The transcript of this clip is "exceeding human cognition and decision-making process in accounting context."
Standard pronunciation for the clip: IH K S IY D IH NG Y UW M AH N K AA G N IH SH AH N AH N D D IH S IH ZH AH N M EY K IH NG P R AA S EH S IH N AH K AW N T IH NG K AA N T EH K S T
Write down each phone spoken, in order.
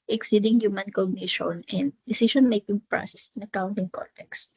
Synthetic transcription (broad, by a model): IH K S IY D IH NG Y UW M AH N K AA G N IH SH AH N AH N D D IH S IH SH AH N M EY K IH NG P R AA S EH S IH N AH K AW N T IH NG K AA N T EH K S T